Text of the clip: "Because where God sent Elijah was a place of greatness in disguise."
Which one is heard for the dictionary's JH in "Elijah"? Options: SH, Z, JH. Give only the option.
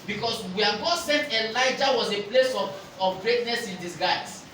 JH